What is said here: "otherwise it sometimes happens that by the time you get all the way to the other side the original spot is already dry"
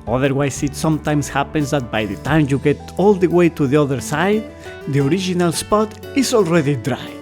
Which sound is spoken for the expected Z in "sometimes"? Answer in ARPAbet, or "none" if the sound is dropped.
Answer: S